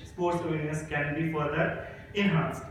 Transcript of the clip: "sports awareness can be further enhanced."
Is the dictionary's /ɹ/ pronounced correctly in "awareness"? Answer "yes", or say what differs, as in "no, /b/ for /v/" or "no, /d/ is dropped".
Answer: no, /l/ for /ɹ/